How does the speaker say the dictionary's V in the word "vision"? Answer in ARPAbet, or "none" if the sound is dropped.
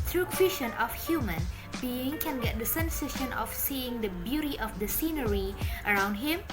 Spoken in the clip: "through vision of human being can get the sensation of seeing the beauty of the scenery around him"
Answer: W